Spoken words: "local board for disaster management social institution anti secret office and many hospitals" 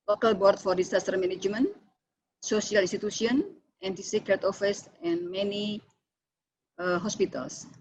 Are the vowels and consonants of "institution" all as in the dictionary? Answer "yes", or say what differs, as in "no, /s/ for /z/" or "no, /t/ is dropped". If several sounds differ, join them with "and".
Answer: no, /s/ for /ʃ/